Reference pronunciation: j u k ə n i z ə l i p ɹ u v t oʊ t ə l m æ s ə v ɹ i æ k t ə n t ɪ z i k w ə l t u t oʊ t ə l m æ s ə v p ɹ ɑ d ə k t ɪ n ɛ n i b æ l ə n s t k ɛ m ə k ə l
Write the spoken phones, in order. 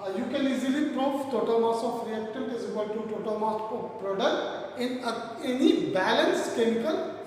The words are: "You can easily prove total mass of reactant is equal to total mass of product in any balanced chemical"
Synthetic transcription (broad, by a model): j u k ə l i z ə l i p ɹ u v t oʊ t ə l m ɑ s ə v ɹ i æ k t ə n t ɪ z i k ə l t u t oʊ t ə l m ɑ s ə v p ɹ ɑ d ə k t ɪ n ɛ n i b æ l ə n s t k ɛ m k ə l